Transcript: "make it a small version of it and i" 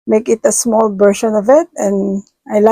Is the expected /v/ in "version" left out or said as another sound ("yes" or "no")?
yes